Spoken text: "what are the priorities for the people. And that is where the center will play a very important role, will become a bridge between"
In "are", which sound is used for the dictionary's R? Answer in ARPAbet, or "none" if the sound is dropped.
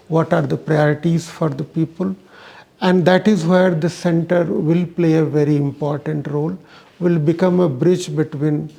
R